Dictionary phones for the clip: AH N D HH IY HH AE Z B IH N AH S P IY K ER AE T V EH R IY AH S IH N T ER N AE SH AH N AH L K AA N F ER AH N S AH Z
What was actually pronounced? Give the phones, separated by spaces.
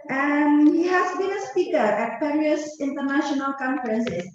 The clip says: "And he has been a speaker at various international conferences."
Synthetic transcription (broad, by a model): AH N HH IY HH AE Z B IH N AH S P IY K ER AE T P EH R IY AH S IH N T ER N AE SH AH N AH L K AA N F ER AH N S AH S